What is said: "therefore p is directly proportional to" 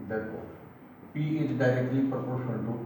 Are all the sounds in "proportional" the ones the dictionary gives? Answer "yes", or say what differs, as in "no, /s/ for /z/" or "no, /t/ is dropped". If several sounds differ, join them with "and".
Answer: no, /n/ is dropped and /n/ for /l/